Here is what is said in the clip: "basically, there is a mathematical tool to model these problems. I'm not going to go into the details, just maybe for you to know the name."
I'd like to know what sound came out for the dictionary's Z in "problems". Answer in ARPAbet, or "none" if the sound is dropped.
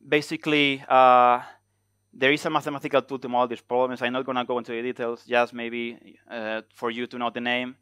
S